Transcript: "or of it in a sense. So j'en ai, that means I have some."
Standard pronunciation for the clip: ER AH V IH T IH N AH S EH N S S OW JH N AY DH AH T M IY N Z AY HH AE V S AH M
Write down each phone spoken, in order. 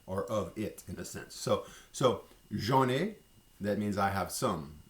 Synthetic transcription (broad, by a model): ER AH V IH T IH N AH S EH N S S OW ZH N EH DH AH T M IY N Z AY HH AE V S AH M